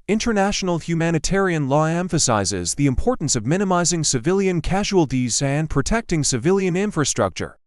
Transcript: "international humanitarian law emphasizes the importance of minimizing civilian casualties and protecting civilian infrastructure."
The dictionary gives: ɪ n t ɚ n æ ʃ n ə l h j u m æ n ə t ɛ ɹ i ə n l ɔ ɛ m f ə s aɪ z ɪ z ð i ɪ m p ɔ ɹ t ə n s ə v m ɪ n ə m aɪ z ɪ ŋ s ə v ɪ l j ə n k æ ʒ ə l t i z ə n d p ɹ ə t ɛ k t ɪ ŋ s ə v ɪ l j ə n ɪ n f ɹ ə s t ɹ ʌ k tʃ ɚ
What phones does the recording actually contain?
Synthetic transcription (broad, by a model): ɪ n t ɚ n æ ʃ n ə l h j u m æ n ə t ɛ ɹ i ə n l ɔ ɛ m f ə s aɪ z ɪ z ð i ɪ m p ɔ ɹ t n s ə v m ɪ n ə m aɪ z ɪ ŋ s ə v ɪ l j ə n k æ ʒ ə l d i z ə n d p ɹ ə t ɛ k t ɪ ŋ s ə v ɪ l j ə n ɪ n f ɹ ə s t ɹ ʌ k tʃ ɚ